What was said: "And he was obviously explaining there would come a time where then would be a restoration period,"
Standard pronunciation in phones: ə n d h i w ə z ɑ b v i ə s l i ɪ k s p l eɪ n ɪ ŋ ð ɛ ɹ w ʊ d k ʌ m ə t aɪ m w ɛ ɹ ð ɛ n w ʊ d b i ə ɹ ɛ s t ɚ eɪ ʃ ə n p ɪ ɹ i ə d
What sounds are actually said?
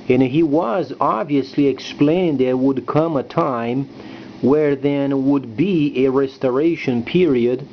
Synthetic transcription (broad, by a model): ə n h i w ə z ɑ b v i ə s l i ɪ k s p l eɪ ɪ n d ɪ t w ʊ d k ʌ m ə t aɪ m w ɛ ɹ ð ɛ n w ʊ d b i ə ɹ ɛ s t ɚ eɪ ʃ ə n p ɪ ɹ i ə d